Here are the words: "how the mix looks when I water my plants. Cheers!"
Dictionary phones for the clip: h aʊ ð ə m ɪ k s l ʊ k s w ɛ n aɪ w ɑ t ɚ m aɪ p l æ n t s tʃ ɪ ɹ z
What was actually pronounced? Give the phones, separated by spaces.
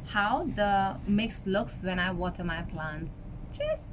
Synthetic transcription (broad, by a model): h aʊ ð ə m ɪ k s l ʊ k s w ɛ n aɪ w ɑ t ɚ m aɪ p l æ n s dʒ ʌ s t